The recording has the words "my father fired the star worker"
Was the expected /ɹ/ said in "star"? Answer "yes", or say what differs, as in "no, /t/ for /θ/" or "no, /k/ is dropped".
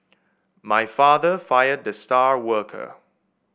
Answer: yes